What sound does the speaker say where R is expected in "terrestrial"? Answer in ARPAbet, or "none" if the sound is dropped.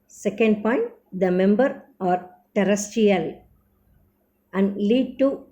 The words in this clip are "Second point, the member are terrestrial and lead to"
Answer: none